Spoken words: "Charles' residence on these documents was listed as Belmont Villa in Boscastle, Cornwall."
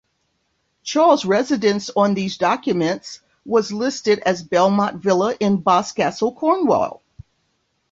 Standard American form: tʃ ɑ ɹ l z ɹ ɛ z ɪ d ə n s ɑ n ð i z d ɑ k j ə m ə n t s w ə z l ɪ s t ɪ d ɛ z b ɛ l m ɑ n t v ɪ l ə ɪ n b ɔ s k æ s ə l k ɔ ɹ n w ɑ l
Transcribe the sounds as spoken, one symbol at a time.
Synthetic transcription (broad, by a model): tʃ ɑ ɹ l z ɹ ɛ z ɪ d ə n s n ð i z d ɑ k j ə m ə n t s w ə z l ɪ s t ɪ d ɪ z b ɛ l m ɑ t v ɪ l ə ɪ n b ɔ s k æ s l k ɔ ɹ n w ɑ l